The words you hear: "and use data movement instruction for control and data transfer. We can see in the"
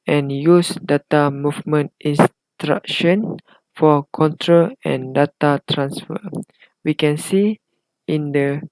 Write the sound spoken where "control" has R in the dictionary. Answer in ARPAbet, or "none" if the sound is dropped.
R